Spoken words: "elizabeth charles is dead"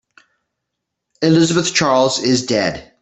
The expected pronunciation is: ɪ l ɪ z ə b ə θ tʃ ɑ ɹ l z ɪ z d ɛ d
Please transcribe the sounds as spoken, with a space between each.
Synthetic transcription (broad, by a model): ɪ l ɪ z ə b ə θ tʃ ɑ ɹ l z ɪ z d ɛ d